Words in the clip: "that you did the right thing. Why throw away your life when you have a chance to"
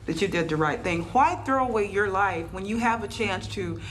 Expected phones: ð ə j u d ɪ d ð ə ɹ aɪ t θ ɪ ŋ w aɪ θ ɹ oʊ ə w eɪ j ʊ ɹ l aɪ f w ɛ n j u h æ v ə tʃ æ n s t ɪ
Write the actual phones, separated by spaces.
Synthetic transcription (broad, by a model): ð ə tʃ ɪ d ɪ d ð ə ɹ aɪ t θ ɪ ŋ w aɪ θ ɹ oʊ ə w eɪ j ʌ ɹ l aɪ f w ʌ n j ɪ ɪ v ə tʃ æ n s t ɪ